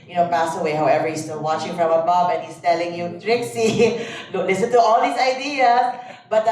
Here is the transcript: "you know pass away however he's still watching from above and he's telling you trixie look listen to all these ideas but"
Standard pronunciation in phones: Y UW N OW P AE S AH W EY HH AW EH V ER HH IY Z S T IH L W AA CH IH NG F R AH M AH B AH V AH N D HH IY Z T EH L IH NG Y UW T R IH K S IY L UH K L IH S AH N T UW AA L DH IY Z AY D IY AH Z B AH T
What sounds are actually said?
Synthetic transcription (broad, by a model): Y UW N OW P AE S AH W EY HH AW EH V ER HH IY S T IH L W AA CH IH NG F R AH M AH B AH B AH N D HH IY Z T EH L IH NG Y UW T R IH K S IY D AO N L IH S AH N T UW AA L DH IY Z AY D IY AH S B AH T